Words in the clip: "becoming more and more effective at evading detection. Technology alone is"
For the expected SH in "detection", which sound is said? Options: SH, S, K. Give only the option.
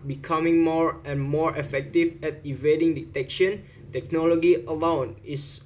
SH